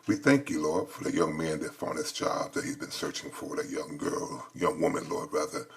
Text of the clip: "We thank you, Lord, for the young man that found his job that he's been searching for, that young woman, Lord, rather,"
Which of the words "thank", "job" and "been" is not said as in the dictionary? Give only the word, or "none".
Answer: job